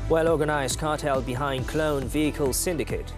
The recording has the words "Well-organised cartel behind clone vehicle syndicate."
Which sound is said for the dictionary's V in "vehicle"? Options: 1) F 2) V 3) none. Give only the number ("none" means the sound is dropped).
2